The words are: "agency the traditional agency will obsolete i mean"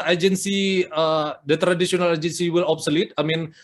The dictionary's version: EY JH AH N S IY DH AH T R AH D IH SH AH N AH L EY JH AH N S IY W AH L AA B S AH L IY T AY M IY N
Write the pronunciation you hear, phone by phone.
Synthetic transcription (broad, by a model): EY JH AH N S IY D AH T R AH D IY S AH N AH L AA JH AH N S IY W AH L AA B S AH L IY T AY M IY N